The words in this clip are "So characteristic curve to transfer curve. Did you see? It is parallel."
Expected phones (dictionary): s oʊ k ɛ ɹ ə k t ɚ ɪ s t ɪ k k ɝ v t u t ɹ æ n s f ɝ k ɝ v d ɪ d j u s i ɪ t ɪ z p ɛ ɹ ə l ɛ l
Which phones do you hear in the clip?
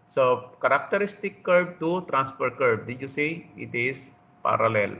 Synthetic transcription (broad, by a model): s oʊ k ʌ ɹ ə k t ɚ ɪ s t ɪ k k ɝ b t u t ɹ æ n s p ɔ k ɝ b d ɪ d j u s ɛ ɪ t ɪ s p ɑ ɹ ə l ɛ l